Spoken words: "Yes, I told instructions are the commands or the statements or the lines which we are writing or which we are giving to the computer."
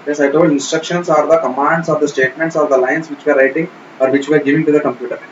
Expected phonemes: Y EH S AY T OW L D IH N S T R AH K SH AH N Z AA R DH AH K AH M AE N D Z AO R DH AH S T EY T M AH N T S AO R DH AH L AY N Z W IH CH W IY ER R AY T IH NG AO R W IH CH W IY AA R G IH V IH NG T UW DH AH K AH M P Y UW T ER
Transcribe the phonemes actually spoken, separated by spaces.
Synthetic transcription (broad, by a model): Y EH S AY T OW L IH N S T R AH K SH AH N S AA R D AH K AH M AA N D S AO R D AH S T EY T M AH N T S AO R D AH L AY N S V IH CH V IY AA R AY T IH NG AO R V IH CH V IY AA R G IH V IH NG T UW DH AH K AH M P Y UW T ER